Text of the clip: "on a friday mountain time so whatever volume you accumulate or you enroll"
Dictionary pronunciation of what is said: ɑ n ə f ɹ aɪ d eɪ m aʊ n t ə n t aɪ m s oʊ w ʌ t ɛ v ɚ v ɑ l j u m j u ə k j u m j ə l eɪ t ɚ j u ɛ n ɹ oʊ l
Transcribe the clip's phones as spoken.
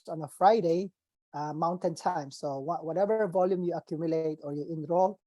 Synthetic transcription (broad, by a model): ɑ n ə f ɹ aɪ d eɪ m aʊ n t ə n t aɪ m s oʊ w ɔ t ɛ v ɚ v ɑ l j u m j u ə k j u m j ə l eɪ t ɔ j u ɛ n ɹ oʊ l